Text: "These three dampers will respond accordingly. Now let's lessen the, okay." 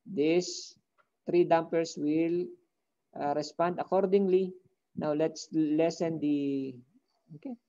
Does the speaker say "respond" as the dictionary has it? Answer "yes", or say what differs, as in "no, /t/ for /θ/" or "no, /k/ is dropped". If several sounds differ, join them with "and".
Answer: yes